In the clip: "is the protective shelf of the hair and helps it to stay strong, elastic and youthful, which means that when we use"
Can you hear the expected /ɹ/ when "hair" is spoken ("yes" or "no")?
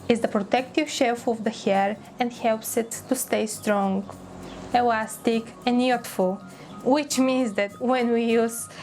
yes